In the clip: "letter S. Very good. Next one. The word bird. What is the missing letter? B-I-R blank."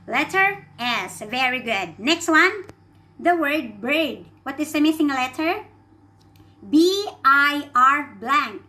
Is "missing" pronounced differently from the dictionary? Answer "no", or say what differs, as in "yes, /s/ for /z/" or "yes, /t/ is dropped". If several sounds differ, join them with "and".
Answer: yes, /θ/ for /s/